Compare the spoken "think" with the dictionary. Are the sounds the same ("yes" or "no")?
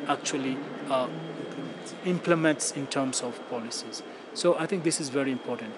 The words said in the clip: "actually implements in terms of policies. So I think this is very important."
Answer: no